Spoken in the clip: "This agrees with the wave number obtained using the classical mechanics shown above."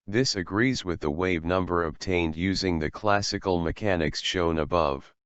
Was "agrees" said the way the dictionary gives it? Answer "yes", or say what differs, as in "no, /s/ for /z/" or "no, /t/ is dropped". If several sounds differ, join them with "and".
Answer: yes